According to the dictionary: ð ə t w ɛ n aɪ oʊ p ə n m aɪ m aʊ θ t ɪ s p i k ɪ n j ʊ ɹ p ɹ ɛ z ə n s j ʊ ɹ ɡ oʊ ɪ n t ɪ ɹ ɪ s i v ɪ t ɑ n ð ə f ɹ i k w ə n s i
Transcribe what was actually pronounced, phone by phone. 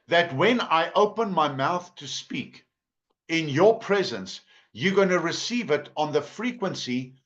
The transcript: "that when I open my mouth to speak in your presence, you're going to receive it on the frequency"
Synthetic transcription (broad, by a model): ð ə t w ɛ n aɪ oʊ p ə n m aɪ m aʊ θ t ɪ s p i k ɪ n j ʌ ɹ p ɹ ɛ z ə n s j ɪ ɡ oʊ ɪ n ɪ ɹ ɪ s i v ɪ t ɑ n ð ə f ɹ i k w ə n s i